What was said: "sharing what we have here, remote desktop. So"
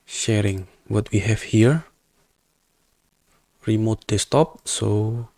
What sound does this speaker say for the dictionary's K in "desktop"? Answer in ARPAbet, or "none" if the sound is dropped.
none